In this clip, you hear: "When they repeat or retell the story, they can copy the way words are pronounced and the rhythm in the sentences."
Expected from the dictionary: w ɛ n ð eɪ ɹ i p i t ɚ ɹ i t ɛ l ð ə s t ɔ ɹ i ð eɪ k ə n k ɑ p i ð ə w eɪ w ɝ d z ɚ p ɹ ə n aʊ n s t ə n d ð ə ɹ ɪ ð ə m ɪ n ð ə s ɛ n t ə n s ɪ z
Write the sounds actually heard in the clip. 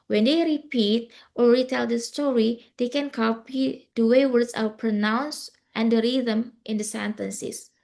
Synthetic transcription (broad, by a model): w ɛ n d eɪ ɹ i p i t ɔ ɹ i t ɛ l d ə s t ɔ ɹ i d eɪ k ə n k ɑ p i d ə w eɪ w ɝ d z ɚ p ɹ ə n aʊ n s t ə n d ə ɹ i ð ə m ɪ n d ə s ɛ n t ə n s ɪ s